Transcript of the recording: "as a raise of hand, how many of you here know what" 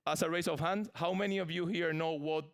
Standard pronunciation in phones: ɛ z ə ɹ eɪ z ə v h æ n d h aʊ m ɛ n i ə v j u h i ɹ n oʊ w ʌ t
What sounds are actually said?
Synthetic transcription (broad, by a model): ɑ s ə ɹ eɪ s ə v h æ n d h aʊ m ɛ n i ə v j u h i ɹ n oʊ w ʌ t